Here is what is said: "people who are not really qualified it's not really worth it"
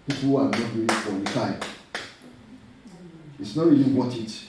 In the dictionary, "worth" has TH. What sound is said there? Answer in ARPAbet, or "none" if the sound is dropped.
T